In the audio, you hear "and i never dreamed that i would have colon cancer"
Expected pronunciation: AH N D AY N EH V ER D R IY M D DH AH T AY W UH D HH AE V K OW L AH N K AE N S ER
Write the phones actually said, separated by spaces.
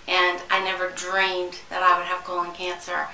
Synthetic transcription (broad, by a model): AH N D AY N EH V ER D R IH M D DH AH T AY W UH D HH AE V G OW AH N K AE N S ER